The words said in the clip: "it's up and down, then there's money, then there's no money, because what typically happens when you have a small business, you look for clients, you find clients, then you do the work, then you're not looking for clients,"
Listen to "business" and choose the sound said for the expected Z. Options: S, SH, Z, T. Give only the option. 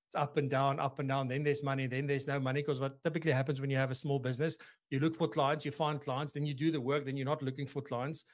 Z